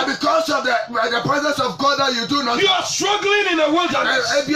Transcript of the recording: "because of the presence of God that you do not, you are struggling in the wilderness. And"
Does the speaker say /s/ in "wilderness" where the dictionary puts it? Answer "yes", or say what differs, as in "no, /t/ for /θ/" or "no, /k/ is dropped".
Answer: no, /s/ is dropped